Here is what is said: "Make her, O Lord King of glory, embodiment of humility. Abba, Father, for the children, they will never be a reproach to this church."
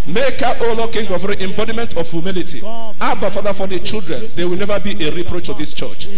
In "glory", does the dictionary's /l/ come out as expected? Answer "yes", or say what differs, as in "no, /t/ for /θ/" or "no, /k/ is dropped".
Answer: no, /l/ is dropped